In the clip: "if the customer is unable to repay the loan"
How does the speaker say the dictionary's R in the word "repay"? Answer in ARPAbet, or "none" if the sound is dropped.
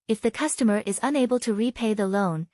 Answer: R